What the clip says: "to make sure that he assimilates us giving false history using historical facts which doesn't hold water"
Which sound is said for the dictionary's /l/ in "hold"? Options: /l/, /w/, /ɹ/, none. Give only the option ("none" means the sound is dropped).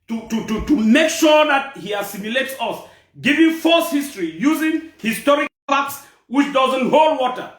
/l/